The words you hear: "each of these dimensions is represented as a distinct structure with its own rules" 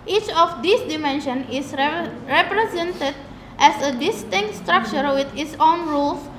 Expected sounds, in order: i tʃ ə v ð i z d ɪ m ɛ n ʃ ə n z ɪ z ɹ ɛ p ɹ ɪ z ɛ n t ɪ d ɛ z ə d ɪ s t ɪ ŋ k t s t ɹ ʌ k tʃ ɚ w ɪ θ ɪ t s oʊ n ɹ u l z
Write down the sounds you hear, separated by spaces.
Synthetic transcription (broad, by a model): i tʃ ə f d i s d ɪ m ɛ n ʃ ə n ɪ s ɹ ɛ p ɹ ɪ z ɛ n t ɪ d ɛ s ə d ɪ s t ɪ ŋ k t s t ɹ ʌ k tʃ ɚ w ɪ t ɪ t s oʊ n ɹ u l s